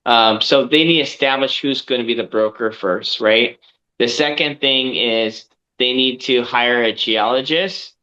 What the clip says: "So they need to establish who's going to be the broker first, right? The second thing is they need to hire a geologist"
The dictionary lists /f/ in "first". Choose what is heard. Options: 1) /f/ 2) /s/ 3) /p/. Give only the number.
1